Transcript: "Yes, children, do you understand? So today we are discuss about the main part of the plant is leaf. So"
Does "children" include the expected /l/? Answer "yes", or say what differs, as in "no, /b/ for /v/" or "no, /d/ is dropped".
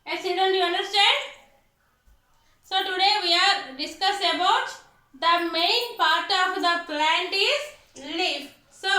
no, /l/ is dropped